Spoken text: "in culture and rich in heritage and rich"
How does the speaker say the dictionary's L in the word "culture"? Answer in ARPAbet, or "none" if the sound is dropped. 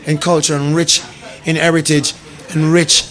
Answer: L